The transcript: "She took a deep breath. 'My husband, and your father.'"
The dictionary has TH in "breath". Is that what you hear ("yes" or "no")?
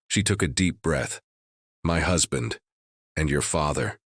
yes